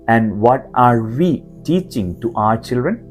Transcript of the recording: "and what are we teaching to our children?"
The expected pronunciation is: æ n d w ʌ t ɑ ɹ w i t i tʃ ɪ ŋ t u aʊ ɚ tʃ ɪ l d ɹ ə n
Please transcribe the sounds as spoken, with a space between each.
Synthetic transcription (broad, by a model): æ n d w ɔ t ɑ ɹ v i t i tʃ ɪ ŋ t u aʊ ɚ tʃ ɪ l d ɹ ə n